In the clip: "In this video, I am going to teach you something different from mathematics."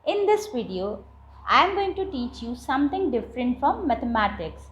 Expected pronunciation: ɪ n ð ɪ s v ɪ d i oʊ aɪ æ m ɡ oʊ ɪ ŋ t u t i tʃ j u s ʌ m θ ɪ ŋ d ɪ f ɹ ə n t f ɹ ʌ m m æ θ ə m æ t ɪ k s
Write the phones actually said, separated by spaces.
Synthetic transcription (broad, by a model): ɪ n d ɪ s v ɪ d i oʊ aɪ m ɡ oʊ ɪ ŋ t u t i tʃ j u s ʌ m t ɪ ŋ d ɪ f ɹ ə n t f ɹ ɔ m m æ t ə m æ t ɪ k s